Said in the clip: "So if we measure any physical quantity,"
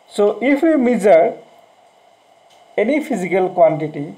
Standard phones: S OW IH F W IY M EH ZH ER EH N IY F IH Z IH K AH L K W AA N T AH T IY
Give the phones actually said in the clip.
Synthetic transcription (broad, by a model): S OW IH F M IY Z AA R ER EH N IY P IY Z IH K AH L K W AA N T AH T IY